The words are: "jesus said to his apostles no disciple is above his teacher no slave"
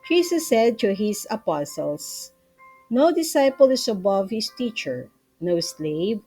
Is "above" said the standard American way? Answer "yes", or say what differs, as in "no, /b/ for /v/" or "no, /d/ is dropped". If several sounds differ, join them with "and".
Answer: yes